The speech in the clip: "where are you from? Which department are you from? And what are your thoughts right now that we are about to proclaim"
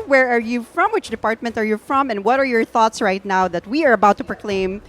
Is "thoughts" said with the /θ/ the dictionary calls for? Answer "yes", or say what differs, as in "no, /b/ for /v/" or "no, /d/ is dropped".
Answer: yes